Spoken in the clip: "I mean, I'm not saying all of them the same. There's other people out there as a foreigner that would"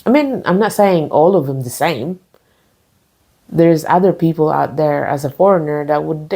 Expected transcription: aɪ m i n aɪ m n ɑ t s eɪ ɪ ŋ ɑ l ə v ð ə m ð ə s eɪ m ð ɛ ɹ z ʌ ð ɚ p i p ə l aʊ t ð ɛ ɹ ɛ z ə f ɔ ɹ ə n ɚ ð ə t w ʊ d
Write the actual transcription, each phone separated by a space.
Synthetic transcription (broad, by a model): aɪ m i n aɪ m n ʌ t s eɪ ɪ ŋ ɑ l ə v ð ə m ð ə s eɪ m ð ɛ ɹ z ʌ ð ɚ p i p l aʊ t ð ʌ ɹ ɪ z ə f ɔ ɹ ə n ɚ ð ə t w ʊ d